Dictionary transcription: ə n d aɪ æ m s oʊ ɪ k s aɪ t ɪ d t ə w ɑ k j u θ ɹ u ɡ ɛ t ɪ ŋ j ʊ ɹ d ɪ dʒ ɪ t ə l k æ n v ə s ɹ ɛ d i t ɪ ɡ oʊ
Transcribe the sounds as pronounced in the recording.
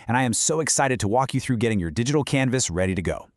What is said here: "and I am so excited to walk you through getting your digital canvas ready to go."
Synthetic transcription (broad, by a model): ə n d aɪ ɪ m s oʊ ɪ k s aɪ t ɪ d t ə w ɑ k j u θ ɹ u ɡ ɛ t ɪ ŋ j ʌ ɹ d ɪ dʒ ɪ t l k æ n v ə s ɹ ɛ d i t ɪ ɡ oʊ